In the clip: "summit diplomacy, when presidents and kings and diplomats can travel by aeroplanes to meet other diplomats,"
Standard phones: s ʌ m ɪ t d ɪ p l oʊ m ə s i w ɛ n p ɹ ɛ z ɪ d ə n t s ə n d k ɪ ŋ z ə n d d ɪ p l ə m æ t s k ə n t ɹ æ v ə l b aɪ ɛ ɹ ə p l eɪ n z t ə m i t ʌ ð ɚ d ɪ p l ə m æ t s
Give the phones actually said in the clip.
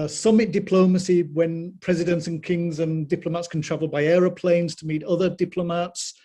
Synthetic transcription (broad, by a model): s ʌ m ɪ t d ɪ p l oʊ m ə s i w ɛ n p ɹ ɛ z ɪ d ə n t s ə n k ɪ ŋ z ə n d d ɪ p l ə m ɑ t s k ə n t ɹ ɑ v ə l b aɪ ɛ ɹ ə p l eɪ n z t ə m i t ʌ ð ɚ d ɪ p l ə m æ t s